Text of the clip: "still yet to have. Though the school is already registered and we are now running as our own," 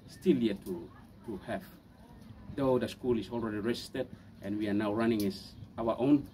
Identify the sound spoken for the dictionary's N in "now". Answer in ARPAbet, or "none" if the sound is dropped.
N